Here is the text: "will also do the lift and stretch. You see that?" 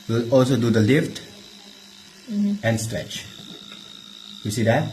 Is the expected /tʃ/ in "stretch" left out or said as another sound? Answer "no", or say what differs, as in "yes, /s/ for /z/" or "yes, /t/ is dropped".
no